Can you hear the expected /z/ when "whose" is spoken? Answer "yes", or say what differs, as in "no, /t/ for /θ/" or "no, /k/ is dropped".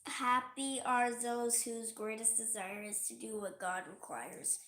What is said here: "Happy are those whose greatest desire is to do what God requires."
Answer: yes